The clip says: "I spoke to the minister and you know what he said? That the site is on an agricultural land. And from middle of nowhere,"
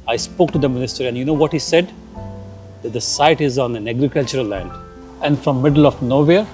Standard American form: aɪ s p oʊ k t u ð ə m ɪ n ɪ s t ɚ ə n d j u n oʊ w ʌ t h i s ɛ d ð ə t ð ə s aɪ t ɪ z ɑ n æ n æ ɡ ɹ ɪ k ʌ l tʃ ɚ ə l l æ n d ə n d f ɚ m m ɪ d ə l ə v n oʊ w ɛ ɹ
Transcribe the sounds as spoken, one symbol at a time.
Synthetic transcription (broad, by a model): aɪ s p oʊ k t u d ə m ɪ n ɪ s t ɚ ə n j u n oʊ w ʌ t h i s ɛ d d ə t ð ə s aɪ t ɪ z ɑ n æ n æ ɡ ɹ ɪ k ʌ l tʃ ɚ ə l l æ n d ə n d f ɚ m m ɪ d ə l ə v n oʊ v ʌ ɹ